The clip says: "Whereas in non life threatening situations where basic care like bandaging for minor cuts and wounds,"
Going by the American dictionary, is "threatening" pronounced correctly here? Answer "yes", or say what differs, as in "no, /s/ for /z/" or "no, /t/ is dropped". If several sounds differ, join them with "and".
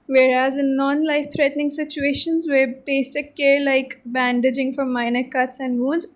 no, /t/ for /θ/